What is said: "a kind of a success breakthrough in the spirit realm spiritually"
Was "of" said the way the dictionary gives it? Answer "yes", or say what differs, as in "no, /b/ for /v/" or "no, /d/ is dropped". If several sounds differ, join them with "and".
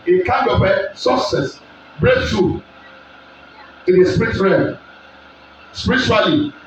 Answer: no, /p/ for /v/